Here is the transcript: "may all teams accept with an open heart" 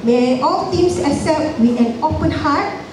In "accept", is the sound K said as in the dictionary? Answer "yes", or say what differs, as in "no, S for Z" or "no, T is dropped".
no, K is dropped